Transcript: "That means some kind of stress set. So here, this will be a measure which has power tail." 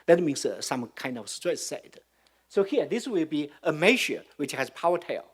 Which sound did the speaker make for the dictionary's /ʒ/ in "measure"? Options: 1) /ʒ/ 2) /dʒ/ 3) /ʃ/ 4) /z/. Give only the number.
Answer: 3